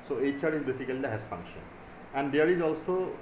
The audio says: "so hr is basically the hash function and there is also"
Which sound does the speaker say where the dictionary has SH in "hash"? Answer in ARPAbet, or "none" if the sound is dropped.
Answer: S